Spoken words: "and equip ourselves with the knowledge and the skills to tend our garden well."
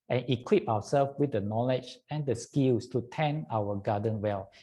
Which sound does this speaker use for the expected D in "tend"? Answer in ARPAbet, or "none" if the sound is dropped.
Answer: none